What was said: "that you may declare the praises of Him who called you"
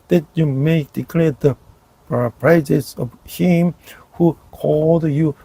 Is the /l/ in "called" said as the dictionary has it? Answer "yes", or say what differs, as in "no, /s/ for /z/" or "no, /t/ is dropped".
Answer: yes